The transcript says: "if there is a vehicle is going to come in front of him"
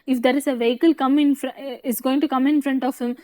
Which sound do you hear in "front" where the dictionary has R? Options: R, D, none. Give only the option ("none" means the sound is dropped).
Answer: R